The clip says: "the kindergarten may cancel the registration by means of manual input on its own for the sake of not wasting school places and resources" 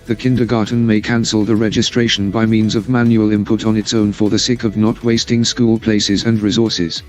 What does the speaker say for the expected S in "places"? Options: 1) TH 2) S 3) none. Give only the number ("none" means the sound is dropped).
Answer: 2